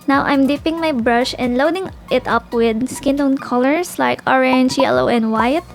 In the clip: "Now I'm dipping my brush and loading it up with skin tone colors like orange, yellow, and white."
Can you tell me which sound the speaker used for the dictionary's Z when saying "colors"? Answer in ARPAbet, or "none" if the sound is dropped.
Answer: S